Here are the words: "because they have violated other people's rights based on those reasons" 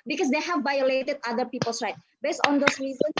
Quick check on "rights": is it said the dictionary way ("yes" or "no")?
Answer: no